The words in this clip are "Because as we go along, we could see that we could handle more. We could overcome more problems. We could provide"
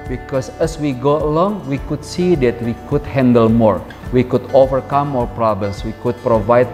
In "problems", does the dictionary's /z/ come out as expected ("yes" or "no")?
no